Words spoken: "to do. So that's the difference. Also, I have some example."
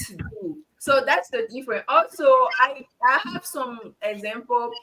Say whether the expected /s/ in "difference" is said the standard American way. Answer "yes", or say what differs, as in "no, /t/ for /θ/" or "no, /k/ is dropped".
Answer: no, /s/ is dropped